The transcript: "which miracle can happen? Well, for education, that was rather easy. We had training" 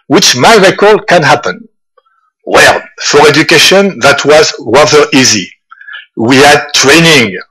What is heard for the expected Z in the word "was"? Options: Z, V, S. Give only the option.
Z